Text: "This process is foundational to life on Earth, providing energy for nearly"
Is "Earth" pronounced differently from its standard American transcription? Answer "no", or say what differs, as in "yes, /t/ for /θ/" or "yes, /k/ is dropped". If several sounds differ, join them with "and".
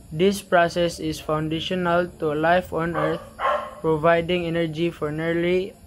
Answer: yes, /t/ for /θ/